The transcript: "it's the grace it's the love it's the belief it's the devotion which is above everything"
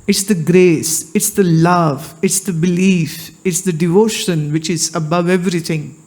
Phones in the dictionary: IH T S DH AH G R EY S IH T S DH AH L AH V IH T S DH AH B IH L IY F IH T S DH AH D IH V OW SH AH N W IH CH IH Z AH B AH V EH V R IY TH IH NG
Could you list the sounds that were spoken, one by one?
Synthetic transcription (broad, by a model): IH T S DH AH G R EY S IH T S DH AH L AH V IH T S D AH B IH L IY F IH T S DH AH D IH V OW SH AH N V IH CH IH Z AH B AH V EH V R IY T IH NG